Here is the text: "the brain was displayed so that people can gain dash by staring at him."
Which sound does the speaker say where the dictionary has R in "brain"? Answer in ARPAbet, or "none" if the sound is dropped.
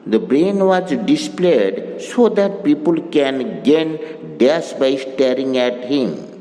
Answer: R